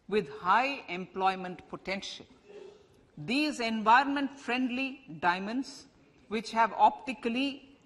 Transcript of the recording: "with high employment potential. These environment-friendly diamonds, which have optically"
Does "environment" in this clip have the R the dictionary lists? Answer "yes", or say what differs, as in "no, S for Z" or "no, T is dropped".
yes